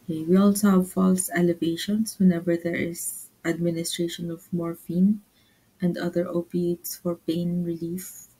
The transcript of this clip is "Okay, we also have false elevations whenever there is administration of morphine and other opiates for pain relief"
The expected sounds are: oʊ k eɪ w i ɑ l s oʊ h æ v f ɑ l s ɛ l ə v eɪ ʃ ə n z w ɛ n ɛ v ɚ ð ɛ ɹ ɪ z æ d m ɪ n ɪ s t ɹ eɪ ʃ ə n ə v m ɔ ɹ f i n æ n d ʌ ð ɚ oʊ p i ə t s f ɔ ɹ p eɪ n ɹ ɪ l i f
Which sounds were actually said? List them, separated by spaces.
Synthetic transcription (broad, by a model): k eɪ w i ɑ l s oʊ h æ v f ɑ l s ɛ l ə v eɪ ʃ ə n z w ɛ n ɛ v ɚ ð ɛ ɹ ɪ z æ d m ɪ n ɪ s t ɹ eɪ ʃ ə n ə v m ɔ ɹ f i n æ n d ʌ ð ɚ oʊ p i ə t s f ɔ ɹ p eɪ n ɹ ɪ l i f